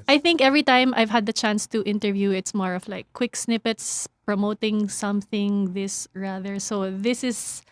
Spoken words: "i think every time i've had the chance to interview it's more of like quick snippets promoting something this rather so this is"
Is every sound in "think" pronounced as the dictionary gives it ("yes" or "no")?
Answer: yes